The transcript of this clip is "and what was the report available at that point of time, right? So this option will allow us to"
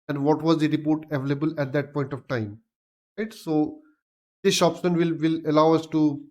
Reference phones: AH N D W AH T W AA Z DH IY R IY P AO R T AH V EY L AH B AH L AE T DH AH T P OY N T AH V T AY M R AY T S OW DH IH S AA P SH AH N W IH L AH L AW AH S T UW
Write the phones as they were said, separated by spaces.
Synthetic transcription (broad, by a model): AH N D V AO T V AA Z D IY R IY P AO R T AH V EY L AH B AH L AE T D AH T P OY N T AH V T AY M R AY T S OW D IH SH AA P S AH N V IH L AH L AW AH S T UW